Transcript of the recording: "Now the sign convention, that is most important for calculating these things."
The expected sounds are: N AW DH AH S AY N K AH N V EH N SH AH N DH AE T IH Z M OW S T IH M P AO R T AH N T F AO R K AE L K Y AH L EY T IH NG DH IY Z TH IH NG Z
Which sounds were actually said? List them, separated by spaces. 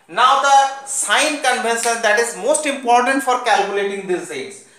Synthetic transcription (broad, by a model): N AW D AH S AY N K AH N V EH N S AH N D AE T IH Z M OW S T IH M P AO R T AH N T F AO R K AE L K Y AH L EY T IH NG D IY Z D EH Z